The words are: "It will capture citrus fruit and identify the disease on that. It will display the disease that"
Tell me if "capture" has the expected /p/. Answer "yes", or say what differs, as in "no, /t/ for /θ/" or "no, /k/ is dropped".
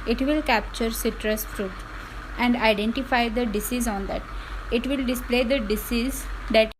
yes